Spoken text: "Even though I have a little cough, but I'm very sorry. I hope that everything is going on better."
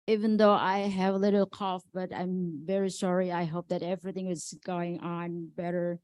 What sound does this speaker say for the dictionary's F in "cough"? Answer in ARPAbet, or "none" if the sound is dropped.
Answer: F